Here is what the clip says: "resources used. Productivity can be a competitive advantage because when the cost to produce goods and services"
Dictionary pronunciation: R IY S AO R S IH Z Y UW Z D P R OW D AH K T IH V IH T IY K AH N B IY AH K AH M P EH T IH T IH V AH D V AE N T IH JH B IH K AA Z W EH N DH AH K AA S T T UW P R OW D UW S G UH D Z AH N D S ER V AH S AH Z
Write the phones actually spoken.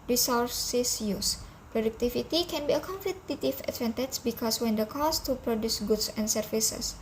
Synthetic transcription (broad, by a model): R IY S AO R S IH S Y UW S P R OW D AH K T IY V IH T IY K AH N B IY AH K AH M F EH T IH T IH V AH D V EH N T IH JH B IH K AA S W EH N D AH K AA S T T UW P R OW D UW S G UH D S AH N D S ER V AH S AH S